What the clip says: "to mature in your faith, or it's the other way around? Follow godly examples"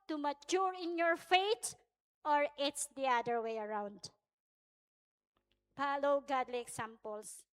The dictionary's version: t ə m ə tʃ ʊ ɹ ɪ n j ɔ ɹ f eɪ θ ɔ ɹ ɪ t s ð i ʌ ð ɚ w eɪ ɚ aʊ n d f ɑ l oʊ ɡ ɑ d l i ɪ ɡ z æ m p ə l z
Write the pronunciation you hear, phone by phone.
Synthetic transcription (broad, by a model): t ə m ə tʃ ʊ ɹ ɪ n j ɔ ɹ f eɪ t ɔ ɹ ɪ t s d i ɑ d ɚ w eɪ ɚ aʊ n d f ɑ l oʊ ɡ ɑ d l i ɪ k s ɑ m p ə l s